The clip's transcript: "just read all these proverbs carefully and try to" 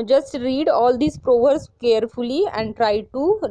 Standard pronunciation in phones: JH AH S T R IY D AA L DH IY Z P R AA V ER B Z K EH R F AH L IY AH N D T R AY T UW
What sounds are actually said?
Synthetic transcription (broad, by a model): JH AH S T R IY D AA L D IY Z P R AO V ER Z K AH R F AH L IY AH N D T R AY T UW